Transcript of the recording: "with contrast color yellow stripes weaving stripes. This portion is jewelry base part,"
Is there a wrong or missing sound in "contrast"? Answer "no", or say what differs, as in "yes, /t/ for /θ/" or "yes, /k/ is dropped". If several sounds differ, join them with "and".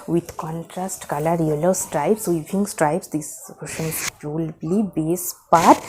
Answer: no